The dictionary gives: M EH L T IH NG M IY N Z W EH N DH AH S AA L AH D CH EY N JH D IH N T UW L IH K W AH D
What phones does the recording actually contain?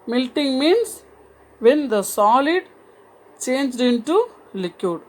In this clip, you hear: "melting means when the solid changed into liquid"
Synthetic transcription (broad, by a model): M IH L T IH NG M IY N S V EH N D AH S AA L AH D CH EY N JH D IH N T UW L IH K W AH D